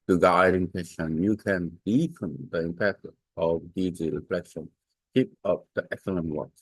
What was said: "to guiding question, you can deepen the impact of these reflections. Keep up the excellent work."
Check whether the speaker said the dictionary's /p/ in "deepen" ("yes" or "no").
no